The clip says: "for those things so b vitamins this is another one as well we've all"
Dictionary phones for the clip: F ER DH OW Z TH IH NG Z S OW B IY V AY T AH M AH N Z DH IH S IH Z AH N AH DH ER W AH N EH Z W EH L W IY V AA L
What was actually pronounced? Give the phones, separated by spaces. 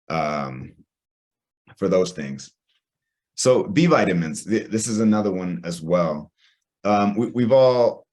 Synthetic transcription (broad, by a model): F ER DH OW Z TH IH NG Z S OW B IY V AY T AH M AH N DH DH IH S IH Z AH N AH DH ER W AH N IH Z W EH L W IY V AA L